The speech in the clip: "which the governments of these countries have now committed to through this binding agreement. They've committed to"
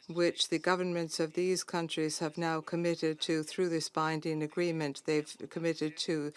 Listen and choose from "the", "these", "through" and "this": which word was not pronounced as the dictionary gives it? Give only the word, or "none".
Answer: none